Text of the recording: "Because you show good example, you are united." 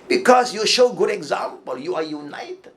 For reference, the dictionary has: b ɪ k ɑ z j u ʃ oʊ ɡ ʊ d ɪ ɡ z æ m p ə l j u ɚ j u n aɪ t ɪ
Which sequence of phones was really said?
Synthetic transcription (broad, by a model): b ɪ k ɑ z j u ʃ oʊ ɡ ʊ d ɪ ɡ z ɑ m p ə l j u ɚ j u n aɪ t